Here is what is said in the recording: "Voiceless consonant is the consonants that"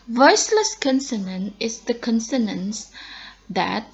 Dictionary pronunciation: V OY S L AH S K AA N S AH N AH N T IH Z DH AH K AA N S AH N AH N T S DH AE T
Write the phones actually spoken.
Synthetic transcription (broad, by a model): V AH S L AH S K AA N S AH N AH N IH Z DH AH K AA N S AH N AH N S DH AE T